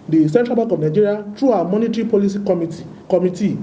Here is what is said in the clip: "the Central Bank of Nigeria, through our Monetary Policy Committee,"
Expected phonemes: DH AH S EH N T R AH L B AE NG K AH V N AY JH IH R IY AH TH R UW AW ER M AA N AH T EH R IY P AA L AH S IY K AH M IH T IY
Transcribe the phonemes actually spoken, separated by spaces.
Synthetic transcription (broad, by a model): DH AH S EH N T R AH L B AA K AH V N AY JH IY R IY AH T R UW AW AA M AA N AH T R IY P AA L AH S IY K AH M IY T IY